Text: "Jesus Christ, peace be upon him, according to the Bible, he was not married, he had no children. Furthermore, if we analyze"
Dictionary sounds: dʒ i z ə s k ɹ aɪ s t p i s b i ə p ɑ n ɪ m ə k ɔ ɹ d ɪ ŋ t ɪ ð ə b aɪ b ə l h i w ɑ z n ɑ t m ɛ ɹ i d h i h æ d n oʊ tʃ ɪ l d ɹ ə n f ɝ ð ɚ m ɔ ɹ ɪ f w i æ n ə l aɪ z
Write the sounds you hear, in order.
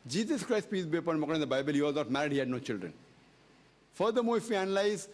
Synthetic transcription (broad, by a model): dʒ i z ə s k ɹ aɪ s t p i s b i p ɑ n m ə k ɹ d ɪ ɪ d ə b aɪ b ə l h i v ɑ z n ɑ t m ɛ ɹ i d h i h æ d n oʊ tʃ ɪ l d ɹ ə n f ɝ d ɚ m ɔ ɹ ɪ f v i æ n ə l aɪ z